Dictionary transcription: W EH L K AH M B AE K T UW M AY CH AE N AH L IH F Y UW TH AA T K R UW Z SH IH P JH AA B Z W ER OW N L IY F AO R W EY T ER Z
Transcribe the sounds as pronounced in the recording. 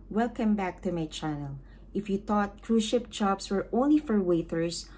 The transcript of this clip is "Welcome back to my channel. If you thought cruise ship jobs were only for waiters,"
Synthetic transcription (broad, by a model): W EH L K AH M B AE K T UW M AY CH AE N AH L IH F Y UW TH AA T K R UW SH IH P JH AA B S W ER OW N L IY F AO R W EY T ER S